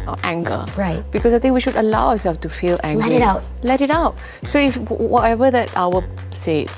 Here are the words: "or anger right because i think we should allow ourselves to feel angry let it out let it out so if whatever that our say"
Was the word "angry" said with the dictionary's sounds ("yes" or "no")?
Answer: no